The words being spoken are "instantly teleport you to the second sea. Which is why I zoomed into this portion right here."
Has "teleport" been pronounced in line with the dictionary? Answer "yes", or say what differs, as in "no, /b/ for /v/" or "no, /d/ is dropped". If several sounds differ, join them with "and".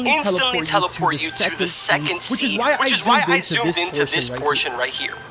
no, /f/ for /p/